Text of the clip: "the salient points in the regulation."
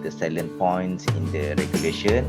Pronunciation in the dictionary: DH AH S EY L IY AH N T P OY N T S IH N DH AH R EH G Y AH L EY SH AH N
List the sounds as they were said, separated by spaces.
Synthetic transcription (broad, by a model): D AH S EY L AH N P OY N T S IH N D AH R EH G Y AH L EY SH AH N